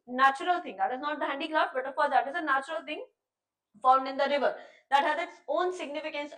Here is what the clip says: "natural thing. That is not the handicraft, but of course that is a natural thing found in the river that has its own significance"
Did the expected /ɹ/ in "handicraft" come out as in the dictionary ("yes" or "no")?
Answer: no